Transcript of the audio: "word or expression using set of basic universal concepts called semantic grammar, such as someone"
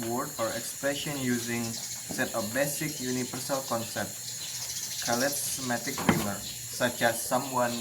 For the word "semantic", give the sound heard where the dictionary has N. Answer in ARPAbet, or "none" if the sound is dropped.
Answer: none